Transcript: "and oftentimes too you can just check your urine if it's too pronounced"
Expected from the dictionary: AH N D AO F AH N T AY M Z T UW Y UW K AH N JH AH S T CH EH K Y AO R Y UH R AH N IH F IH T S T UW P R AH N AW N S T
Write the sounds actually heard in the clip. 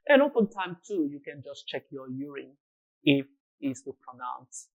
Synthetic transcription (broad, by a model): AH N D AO P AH N T AY M T UW Y UW K AH N JH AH S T CH EH K Y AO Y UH R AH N IH F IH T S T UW P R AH N AW N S